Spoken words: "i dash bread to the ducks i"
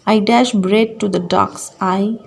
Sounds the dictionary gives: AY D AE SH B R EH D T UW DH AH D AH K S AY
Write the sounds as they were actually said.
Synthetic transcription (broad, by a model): AY D AE SH B R EH D T UW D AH D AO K S AY